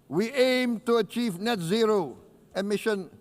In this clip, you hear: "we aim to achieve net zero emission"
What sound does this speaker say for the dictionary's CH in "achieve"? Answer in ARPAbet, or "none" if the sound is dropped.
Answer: CH